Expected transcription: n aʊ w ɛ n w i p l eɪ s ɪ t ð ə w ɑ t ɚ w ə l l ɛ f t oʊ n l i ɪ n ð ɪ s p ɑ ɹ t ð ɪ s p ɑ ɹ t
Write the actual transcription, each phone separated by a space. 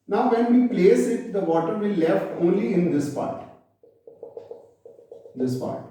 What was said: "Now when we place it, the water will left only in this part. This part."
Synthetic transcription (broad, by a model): n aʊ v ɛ n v i p l eɪ s ɪ t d ə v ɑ t ɚ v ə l l ɛ f t oʊ n l i ɪ n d ɪ s p ɑ ɹ t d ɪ s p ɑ ɹ t